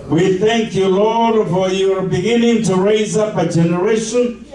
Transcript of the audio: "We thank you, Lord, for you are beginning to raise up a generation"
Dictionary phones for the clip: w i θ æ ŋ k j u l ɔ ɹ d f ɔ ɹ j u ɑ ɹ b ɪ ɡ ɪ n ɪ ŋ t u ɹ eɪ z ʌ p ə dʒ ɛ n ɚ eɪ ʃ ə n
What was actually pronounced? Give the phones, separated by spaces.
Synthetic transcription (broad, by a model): w i θ æ ŋ k j u l ɔ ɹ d f ɔ ɹ j ɑ ɹ b ɪ ɡ ɪ n ɪ ŋ t u ɹ eɪ z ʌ p ə dʒ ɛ n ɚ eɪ ʃ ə n